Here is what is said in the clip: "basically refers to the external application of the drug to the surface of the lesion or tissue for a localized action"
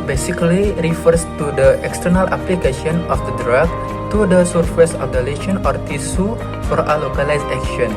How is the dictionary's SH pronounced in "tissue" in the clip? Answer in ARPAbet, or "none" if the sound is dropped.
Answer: S